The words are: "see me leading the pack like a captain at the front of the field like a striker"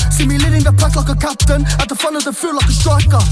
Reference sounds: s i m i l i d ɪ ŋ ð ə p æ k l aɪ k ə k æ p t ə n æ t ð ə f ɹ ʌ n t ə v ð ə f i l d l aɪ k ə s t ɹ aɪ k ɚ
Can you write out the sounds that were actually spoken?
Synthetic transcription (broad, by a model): s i m i l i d ɪ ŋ ð ə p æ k l aɪ k ə k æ p t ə n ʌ t ð ə f ɹ ʌ n t ə v ð ə f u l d l aɪ k ə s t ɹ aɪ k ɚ